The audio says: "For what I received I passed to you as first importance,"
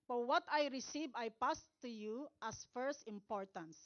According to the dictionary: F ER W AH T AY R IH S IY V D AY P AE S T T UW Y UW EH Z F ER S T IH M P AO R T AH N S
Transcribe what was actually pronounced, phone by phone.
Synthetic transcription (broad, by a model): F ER W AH T AY R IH S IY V AY P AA S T T UW Y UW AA S F ER S T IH M P AO R T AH N S